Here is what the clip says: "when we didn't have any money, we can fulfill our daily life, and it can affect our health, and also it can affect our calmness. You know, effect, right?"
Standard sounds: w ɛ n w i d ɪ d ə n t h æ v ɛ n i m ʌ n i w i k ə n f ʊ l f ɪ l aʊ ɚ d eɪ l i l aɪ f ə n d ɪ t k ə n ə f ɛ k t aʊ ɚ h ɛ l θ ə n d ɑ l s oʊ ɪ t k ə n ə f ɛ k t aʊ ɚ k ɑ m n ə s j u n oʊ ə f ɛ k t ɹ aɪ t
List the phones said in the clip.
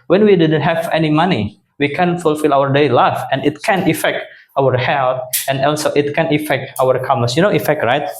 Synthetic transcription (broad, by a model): w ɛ n w i d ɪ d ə n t h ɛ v ɛ n i m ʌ n i w i k ə n f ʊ l f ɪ l aʊ ɚ d eɪ l i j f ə n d ɪ t k ə n ə f ɛ k t aʊ ɚ h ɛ l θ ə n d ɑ l s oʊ ɪ t k ə n ə f ɛ k t aʊ ɚ k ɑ m ə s j u n oʊ ə f ɛ k t ɹ aɪ t